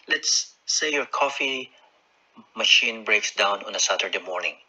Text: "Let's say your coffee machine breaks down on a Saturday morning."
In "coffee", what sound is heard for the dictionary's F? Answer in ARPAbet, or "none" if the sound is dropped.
F